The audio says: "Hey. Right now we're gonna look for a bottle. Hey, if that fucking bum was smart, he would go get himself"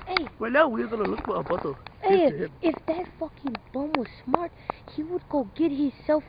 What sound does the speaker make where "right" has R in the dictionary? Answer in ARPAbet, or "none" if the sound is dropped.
W